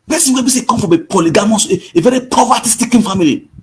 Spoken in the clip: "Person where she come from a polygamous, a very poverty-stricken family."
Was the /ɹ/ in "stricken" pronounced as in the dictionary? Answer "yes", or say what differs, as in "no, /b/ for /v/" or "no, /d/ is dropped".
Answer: no, /ɹ/ is dropped